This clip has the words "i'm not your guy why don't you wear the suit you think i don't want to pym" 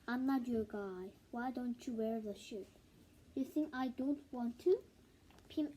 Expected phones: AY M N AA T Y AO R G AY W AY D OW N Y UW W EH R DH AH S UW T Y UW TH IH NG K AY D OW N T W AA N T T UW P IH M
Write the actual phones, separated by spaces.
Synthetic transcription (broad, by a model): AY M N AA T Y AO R G AY W AY D OW N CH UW W EH R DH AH SH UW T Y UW TH IH NG K AY D OW N T W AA N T T UW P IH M